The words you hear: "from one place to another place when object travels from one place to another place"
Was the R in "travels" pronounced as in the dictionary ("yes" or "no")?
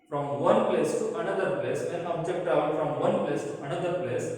no